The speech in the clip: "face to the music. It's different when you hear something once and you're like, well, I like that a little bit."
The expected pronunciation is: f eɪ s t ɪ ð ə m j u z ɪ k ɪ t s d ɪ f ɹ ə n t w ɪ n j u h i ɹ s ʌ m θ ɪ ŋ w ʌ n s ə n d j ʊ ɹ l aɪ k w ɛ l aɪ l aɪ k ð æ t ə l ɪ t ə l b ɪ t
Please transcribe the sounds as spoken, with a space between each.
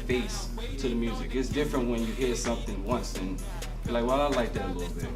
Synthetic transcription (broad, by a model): f eɪ s t ɪ ð ə m j u z ɪ k ɪ t s d ɪ f ɹ ə n t w ɪ n j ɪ h i ɹ s ʌ m θ ɪ ŋ w ʌ n s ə n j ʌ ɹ l aɪ k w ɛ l aɪ l aɪ k ð æ t ə l ɪ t l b ɪ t